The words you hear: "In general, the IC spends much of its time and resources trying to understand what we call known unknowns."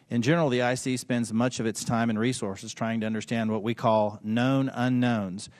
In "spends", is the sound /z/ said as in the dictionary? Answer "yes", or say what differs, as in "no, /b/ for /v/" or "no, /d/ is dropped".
yes